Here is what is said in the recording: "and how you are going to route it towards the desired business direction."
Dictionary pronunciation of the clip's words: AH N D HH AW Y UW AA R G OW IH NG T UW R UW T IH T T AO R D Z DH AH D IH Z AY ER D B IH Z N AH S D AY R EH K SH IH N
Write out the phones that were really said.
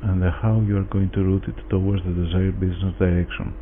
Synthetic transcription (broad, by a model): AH N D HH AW Y UW AA R G OW IH NG T UW R UW T IH T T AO W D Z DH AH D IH Z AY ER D B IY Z N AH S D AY R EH K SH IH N